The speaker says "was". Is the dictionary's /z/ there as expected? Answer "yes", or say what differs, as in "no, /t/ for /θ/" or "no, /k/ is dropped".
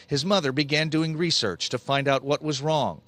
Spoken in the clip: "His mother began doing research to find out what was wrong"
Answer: yes